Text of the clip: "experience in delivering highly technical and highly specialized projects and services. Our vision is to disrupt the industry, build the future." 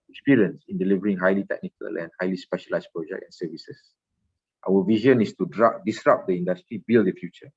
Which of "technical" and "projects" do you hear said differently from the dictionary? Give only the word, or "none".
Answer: projects